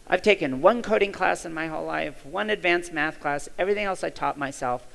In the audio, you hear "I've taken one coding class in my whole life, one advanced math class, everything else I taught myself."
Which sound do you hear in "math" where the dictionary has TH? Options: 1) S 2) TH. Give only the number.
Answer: 2